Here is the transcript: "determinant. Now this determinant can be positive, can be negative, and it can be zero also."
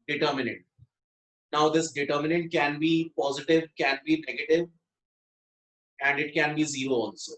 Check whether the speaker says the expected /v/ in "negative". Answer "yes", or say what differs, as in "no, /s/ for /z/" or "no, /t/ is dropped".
yes